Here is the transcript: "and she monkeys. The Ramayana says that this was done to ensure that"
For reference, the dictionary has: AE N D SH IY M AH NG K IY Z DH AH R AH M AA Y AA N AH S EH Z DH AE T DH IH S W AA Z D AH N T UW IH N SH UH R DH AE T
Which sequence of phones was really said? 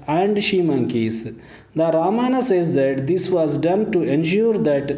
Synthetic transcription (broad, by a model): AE N D SH IY M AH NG K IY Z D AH R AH M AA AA N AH S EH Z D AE T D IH S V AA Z D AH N T UW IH N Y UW R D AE T